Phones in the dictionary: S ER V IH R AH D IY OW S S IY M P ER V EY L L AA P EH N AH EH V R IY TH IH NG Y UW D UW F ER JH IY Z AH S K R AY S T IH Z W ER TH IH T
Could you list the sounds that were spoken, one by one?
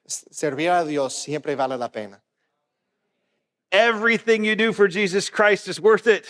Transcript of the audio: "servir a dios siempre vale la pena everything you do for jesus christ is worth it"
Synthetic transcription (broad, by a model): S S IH R AH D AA OW S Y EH M P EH B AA L L AA P EH N AH EH V R IY TH IH NG Y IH D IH F ER JH IY Z AH S K R AY S T IH Z W ER TH IH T